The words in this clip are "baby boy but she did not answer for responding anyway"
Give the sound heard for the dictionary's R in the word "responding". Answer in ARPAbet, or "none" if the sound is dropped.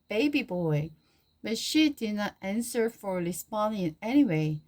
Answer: L